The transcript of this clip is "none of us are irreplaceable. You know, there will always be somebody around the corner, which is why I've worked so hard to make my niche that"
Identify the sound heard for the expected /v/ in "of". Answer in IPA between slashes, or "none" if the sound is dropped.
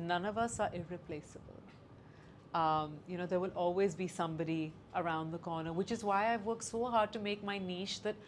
/v/